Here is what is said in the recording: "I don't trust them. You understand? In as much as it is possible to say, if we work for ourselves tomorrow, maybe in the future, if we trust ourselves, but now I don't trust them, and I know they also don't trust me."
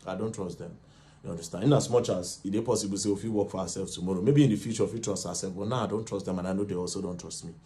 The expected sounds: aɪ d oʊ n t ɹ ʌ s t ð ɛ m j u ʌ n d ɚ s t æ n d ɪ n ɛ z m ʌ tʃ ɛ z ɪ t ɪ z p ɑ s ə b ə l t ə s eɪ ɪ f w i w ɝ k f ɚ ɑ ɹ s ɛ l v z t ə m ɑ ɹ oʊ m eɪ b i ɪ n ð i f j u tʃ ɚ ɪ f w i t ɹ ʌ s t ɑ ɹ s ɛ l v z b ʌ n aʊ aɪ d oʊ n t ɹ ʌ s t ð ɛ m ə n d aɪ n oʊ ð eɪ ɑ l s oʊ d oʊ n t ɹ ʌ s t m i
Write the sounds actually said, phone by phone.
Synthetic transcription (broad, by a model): aɪ d oʊ n t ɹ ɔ s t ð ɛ m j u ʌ n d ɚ s t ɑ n ɪ n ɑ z m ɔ tʃ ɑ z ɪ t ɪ p ɑ s ə b ə l s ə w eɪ ɪ f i w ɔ k f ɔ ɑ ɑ s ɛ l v t ə m ɑ ɹ oʊ m eɪ b i n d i f j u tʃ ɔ ɪ f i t ɹ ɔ s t ɑ s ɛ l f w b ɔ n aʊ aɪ d oʊ n t ɹ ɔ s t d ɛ m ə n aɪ n oʊ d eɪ ɑ l s oʊ d oʊ n t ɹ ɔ s t m i